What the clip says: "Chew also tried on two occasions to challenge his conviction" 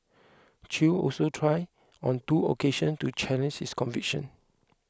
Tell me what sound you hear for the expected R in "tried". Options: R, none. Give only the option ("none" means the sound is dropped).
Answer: R